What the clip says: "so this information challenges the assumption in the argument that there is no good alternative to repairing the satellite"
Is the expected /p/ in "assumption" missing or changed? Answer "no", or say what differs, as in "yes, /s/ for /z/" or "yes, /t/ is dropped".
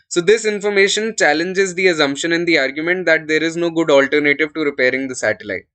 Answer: no